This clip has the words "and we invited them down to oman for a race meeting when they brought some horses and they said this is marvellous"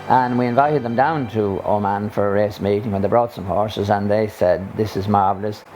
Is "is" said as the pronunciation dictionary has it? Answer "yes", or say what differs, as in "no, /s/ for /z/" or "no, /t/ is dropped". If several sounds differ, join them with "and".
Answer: yes